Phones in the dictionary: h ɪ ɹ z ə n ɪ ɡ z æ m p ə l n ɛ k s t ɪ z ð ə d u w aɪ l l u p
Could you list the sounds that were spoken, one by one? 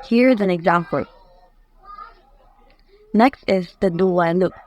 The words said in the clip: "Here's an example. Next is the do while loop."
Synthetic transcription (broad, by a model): h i ɹ z ə n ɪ ɡ z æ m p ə n ɛ k s t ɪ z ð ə d u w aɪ n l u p